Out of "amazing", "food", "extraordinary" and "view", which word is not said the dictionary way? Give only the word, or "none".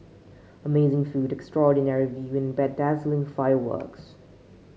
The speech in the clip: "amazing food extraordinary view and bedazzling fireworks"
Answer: none